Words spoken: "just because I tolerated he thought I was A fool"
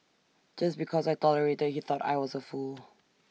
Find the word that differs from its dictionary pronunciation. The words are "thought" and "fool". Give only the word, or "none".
none